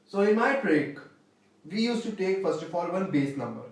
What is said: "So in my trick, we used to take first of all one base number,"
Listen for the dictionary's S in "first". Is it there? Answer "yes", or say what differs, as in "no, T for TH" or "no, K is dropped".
yes